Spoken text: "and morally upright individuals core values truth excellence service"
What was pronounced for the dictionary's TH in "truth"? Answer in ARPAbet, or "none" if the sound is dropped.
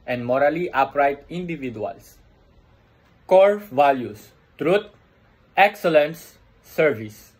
T